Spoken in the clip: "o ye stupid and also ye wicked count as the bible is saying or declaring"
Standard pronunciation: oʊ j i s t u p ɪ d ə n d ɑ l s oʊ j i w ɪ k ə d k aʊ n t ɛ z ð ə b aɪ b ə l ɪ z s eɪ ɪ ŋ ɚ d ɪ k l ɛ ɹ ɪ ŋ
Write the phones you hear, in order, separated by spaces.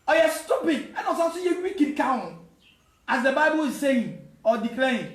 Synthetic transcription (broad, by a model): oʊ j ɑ s t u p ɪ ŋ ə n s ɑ s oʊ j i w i k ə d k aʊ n ɑ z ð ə b aɪ b ə l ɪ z s eɪ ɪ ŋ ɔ d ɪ k l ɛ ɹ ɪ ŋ